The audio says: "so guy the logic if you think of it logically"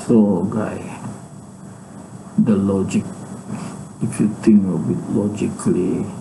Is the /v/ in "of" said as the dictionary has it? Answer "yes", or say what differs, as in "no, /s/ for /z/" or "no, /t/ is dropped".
no, /b/ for /v/